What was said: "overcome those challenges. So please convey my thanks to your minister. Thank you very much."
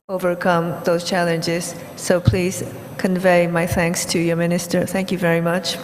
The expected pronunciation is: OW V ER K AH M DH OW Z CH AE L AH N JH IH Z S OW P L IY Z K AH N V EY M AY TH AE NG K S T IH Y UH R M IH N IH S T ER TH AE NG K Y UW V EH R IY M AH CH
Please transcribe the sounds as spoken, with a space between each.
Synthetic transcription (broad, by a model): OW V ER K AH M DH OW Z CH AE L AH N JH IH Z S OW P L IY Z K AH N V EY M AY TH AE NG K S T IH Y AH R M IH N IH S T ER TH AE NG K Y UW V EH R IY M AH CH